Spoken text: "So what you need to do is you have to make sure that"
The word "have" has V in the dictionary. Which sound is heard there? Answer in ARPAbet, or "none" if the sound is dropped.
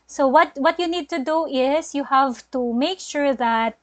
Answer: V